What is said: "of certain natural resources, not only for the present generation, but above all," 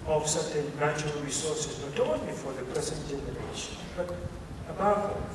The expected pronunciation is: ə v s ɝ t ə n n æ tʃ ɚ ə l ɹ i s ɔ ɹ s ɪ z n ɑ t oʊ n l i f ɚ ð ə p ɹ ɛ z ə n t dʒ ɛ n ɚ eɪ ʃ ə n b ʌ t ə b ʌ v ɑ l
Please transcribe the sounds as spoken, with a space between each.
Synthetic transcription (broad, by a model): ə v s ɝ t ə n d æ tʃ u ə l ɹ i s ɔ s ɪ s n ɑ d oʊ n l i f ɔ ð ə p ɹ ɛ s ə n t dʒ ɛ n ɚ eɪ ʃ ə n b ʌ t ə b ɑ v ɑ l